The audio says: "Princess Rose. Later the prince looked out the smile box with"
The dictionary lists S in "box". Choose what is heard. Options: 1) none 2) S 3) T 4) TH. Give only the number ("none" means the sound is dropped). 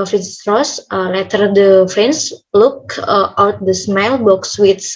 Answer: 2